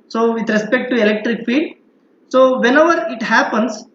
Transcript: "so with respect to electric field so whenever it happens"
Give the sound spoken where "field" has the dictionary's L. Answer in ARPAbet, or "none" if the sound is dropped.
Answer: none